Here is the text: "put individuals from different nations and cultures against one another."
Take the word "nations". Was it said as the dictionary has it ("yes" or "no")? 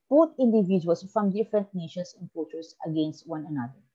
no